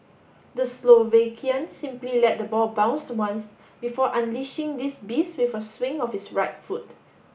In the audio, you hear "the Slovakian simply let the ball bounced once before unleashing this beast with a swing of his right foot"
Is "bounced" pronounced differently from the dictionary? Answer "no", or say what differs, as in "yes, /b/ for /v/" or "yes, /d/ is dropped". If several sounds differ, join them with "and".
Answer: no